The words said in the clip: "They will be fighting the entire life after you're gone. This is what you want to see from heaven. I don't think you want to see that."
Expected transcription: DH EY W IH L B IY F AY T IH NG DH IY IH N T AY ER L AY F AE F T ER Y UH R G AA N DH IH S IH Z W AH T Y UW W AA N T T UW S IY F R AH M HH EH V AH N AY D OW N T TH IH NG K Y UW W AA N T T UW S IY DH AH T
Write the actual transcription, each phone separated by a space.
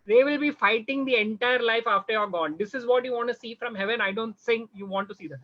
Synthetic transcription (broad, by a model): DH EY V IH L B IY F AY T IH NG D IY IH N T AY ER L AY F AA F T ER Y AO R G AA N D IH S IH Z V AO T Y UW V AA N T T UW S IY F R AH M HH EH V AH N AY D OW N T S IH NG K Y UW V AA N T T UW S IY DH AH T